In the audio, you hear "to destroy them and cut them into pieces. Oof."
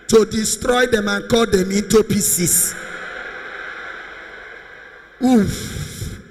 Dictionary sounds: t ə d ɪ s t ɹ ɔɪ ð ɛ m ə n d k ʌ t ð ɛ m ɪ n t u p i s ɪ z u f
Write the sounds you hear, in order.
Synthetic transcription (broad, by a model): t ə d ɪ s t ɹ ɔɪ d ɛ m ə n k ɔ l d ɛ m ɪ n t u p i s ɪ s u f